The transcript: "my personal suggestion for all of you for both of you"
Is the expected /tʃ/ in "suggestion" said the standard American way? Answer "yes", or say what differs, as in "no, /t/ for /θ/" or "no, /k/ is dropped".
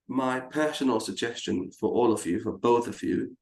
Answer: yes